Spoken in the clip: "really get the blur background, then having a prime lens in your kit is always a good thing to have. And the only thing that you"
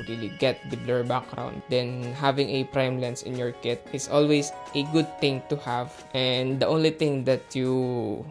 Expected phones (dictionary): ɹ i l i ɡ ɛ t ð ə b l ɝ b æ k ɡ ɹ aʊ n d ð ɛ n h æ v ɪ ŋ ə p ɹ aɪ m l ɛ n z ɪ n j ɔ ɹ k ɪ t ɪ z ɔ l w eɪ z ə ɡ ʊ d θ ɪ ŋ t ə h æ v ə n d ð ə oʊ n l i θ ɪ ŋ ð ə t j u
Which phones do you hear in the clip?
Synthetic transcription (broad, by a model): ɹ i l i ɡ ɛ t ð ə b l ɝ b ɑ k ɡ ɹ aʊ n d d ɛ n h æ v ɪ ŋ ə p ɹ aɪ m l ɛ n s ɪ n j ɔ ɹ k ɪ t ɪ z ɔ l w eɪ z ə ɡ ʊ d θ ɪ ŋ t ə h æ v ə n d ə oʊ n l i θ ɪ ŋ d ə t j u